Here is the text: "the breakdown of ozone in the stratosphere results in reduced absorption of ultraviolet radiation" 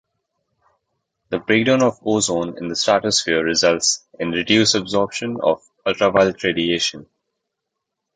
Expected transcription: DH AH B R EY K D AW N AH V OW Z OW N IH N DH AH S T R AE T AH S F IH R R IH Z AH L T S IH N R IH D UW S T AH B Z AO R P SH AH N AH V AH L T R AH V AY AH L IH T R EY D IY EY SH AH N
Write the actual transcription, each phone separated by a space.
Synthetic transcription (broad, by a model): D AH B R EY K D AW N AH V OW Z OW N IH N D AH S T AE T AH S F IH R R IH Z AH L T S IH N R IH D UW S AH B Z AO R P SH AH N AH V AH L T R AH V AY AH L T R EY D IY EY SH AH N